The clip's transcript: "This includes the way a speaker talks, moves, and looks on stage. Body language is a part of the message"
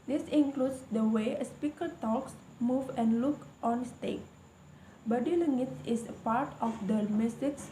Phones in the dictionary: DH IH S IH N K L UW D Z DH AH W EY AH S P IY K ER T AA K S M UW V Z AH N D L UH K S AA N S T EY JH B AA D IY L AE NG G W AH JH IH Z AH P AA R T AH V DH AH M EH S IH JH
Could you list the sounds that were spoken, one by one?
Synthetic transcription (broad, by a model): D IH S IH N K L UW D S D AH W EY AH S P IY K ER T AA K S M UW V AH N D L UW K AA N S T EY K B AA D IY L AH NG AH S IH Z AH P AA R T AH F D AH M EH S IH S